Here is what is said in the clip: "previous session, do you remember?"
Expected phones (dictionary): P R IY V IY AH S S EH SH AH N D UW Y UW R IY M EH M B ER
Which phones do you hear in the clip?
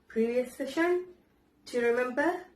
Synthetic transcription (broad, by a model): P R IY V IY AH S S EH SH AH N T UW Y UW R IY M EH M B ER